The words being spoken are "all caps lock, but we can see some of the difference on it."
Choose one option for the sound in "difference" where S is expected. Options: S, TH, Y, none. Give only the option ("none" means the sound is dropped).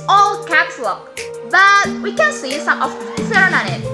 none